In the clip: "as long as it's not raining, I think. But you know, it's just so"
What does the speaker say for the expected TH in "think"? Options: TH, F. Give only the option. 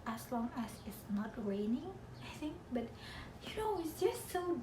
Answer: TH